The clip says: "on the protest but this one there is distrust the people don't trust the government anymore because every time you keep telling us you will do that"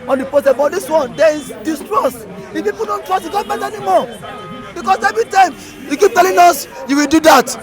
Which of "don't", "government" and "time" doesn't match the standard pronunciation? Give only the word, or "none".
government